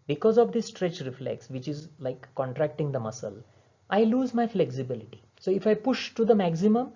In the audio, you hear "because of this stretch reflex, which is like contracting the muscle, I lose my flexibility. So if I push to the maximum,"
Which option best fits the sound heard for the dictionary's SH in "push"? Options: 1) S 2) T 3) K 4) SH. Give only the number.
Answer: 4